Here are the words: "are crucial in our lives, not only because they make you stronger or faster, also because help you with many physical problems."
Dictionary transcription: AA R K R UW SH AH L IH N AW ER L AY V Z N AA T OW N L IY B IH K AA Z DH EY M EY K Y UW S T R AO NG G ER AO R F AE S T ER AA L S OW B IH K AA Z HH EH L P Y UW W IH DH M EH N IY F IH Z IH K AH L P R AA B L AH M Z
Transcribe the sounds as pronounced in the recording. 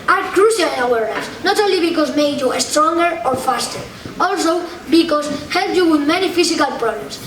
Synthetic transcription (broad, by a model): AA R K R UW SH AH L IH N AW ER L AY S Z N AA T OW N L IY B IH K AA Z M EY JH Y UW S T R AO NG G ER AO R F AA S T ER AA L S OW B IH K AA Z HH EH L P Y UW W IH DH M EH N IY F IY S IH K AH L P R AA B L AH M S